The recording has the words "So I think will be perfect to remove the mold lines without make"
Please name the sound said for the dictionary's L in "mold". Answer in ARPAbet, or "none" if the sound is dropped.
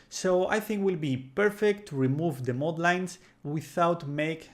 none